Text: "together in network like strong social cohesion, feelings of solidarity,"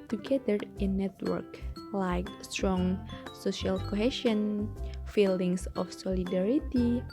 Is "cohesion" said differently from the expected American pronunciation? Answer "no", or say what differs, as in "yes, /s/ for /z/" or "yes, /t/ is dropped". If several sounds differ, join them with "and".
yes, /ʃ/ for /ʒ/